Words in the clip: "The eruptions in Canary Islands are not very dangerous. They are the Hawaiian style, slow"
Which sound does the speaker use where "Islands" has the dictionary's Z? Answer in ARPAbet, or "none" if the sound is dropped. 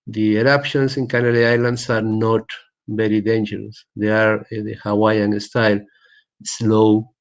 S